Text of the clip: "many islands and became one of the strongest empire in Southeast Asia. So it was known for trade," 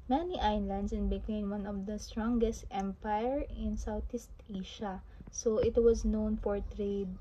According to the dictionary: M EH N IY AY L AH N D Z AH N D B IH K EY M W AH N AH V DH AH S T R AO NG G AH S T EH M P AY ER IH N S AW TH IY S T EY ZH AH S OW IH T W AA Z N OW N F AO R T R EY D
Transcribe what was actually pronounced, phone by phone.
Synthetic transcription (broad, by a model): M EH N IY AY L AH N D S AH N B IH K EY M W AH N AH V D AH S T R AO NG G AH S T EH M P AY ER IH N S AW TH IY S T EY SH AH S OW IH T W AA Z N OW N F AO R T R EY D